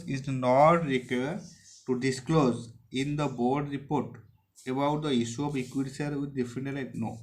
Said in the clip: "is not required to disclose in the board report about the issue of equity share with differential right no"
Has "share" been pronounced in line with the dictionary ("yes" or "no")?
no